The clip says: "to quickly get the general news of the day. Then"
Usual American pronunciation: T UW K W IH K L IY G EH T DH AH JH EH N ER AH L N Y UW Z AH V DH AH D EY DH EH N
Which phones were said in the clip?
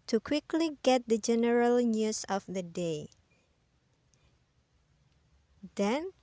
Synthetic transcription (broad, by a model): T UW K W IH K L IY G EH T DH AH JH EH N ER AH L N Y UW S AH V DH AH D EY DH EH N